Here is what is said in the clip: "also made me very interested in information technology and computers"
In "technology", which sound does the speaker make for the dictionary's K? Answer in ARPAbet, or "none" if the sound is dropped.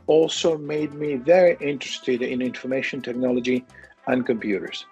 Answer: K